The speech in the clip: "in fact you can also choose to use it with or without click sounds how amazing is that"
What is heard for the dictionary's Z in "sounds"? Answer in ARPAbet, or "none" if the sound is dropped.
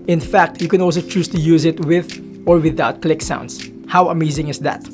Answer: S